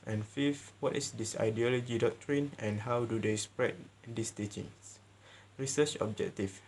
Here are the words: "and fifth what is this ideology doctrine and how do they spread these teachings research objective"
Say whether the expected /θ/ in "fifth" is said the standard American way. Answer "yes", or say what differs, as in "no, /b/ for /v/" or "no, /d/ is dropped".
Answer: no, /f/ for /θ/